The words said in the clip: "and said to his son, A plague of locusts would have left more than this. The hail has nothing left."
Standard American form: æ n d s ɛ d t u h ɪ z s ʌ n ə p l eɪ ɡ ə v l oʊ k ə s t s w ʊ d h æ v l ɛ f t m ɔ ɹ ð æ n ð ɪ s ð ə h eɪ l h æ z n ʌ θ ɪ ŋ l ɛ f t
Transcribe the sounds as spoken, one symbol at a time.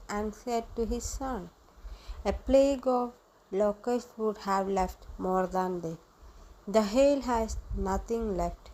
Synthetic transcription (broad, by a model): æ n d s ɛ d t u h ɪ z s ʌ n ə p l eɪ ɡ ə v l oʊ k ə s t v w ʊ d h æ v l ɛ f t m ɔ ɹ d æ n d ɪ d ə h eɪ l h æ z n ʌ t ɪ ŋ l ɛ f t